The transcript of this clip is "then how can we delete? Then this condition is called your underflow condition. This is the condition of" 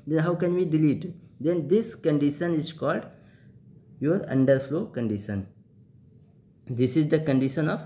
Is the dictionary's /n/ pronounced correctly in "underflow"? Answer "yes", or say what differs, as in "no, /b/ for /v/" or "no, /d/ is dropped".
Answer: yes